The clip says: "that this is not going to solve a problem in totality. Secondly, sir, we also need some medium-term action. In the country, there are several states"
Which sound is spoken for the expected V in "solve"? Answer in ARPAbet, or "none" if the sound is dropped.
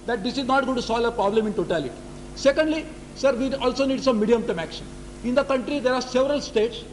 none